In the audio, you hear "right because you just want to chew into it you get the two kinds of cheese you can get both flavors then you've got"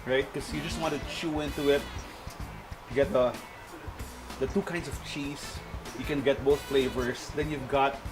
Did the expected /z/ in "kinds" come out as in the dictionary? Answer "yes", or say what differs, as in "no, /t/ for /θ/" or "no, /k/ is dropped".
no, /s/ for /z/